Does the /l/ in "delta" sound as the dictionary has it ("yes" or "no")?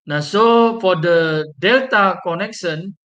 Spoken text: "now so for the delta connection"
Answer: yes